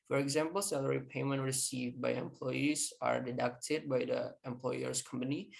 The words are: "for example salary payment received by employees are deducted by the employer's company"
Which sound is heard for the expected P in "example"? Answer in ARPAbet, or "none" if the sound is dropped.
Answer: P